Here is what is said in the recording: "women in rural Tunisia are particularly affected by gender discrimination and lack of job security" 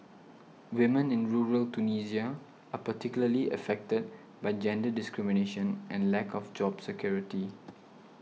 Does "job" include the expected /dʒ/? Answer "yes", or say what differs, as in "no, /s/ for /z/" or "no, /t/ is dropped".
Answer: yes